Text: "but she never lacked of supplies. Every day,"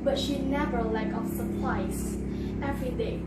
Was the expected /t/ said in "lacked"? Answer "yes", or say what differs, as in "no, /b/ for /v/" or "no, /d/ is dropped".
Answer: no, /t/ is dropped